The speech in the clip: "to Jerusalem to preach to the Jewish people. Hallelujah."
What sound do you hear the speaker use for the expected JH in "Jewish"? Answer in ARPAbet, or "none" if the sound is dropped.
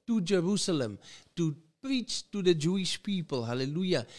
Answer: JH